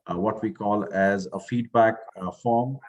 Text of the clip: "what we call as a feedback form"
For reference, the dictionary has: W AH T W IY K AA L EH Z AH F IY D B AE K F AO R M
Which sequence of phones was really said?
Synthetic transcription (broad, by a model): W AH T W IY K AA L EH Z AH F IY D B AE K F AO R M